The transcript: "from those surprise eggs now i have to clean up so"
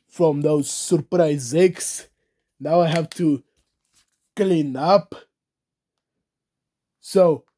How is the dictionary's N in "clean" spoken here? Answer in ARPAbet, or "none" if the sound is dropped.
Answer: N